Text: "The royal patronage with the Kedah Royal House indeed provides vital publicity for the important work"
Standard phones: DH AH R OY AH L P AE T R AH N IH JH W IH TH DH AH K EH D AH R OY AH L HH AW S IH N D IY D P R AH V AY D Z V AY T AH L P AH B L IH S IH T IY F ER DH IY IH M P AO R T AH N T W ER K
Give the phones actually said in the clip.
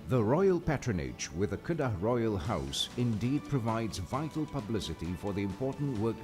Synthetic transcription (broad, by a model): DH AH R OY AH L P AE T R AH N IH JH W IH DH AH K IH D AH R OY AH L HH AW S IH N D IY D P R AH V AY D Z V AY T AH L P AH B L IH S IH T IY F ER DH IY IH M P AO R T N T W ER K